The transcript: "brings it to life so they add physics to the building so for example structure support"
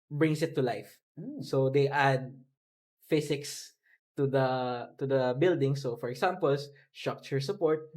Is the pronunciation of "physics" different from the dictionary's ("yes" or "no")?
yes